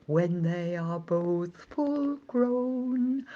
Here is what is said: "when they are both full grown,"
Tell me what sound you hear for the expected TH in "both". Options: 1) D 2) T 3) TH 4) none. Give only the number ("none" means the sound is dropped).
3